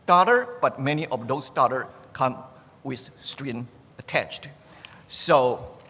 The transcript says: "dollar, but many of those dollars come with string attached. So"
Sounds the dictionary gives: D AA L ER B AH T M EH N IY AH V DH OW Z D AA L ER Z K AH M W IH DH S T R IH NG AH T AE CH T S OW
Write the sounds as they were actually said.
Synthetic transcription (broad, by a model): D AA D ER B AH T M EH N IY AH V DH OW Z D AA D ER K AH M W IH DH S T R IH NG AH T AE CH T S OW